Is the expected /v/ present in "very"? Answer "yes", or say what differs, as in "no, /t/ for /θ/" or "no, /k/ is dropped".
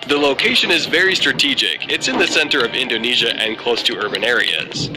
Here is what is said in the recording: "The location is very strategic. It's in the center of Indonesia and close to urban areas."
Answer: yes